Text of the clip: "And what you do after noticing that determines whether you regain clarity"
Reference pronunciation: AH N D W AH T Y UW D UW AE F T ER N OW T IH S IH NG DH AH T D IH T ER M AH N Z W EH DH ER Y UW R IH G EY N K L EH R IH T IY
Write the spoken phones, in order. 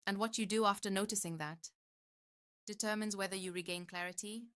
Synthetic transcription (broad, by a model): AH N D W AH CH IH D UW AE F T ER N OW T IH S IH NG DH AH T D IH T ER M AH N Z W EH DH ER Y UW R IH G EY N K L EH R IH T IY